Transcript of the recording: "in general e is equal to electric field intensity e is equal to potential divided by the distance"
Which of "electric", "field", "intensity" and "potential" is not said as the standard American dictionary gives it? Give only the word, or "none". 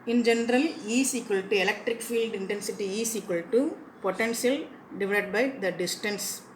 potential